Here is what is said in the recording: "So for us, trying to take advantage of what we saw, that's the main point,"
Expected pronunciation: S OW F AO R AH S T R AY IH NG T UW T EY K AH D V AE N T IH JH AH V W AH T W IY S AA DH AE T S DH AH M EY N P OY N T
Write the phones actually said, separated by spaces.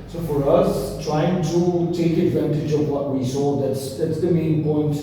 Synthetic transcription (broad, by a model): S OW F AO R AH S T R AY IH NG T UW T EY K AH D V AE N T IH JH AH V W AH T W IY S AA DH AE T S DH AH M EY N P OY N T